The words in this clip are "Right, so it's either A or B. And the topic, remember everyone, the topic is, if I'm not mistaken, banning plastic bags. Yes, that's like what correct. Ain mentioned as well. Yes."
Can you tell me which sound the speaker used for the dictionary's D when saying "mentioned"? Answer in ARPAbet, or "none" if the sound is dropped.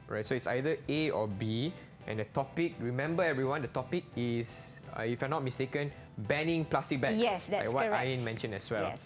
none